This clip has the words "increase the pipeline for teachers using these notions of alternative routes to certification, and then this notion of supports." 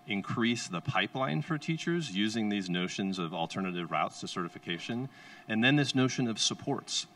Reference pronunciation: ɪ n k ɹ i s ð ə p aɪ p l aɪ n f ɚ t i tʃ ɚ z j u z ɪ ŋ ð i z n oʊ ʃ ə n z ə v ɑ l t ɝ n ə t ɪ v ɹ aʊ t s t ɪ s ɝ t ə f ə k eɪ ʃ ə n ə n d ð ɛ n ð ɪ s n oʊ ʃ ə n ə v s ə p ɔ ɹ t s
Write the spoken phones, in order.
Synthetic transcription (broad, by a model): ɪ n k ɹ i s ð ə p aɪ p l aɪ n f ɚ t i tʃ ɚ z j u z ɪ ŋ ð i z n oʊ ʃ ə n z ə v l t ɝ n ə t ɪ v ɹ aʊ t s t ɪ s ɝ t ə f ə k eɪ ʃ ə n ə n ð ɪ n ð ɪ s n oʊ ʃ ə n ə v s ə p ɔ ɹ t s